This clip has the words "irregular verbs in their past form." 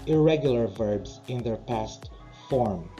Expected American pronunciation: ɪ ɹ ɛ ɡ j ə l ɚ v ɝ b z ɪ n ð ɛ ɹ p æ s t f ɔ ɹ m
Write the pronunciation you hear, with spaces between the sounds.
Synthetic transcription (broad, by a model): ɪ ɹ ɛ ɡ j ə l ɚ v ɝ b z ɪ n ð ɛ ɹ p æ s t f ɔ ɹ m